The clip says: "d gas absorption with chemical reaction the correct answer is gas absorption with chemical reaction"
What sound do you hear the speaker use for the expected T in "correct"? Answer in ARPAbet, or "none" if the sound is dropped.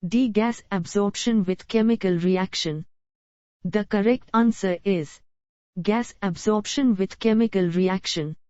T